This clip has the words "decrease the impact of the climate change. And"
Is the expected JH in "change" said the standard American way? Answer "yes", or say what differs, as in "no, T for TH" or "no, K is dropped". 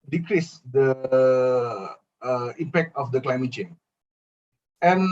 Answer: no, JH is dropped